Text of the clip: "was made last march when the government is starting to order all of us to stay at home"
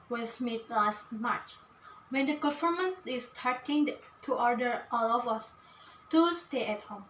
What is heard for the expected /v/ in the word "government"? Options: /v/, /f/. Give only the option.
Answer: /f/